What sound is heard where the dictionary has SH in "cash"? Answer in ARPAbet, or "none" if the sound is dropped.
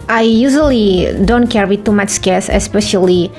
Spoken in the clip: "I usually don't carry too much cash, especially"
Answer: S